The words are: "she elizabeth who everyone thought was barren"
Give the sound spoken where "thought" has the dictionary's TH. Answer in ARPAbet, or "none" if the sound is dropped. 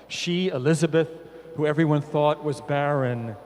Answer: TH